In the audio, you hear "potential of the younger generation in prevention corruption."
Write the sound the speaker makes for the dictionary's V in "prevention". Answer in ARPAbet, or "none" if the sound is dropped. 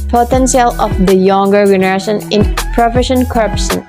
F